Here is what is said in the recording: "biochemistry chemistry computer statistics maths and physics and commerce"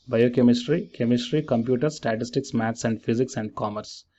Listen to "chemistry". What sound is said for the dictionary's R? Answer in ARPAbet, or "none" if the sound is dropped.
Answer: R